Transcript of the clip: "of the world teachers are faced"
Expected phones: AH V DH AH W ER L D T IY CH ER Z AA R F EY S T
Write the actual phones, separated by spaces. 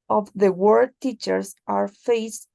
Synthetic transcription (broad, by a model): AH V DH AH W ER D T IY CH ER S AA R F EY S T